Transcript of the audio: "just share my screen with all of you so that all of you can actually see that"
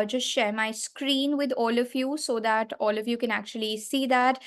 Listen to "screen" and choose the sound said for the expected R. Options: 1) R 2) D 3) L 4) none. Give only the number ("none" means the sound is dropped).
1